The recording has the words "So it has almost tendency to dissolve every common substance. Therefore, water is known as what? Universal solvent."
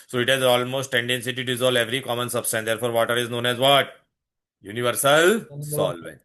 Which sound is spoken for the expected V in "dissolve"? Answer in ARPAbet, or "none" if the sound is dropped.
none